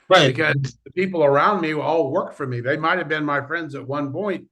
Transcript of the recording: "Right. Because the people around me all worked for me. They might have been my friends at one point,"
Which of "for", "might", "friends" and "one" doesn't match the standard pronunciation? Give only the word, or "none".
none